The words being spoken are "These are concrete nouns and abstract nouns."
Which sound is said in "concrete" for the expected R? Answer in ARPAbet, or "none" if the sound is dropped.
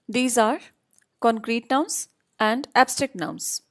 R